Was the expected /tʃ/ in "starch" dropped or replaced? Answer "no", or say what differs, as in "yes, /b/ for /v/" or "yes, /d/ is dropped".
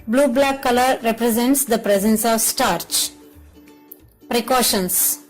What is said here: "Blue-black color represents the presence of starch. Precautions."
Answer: no